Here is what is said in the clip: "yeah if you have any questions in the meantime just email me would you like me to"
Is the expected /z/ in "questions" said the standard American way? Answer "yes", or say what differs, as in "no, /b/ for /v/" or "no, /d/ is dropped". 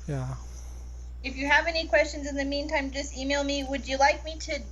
yes